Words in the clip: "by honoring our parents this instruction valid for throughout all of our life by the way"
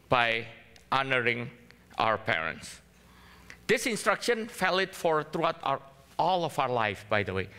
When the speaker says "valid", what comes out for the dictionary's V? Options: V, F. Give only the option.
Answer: F